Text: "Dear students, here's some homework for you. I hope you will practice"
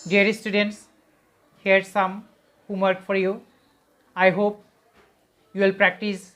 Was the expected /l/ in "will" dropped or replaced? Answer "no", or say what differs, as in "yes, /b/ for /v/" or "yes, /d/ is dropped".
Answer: no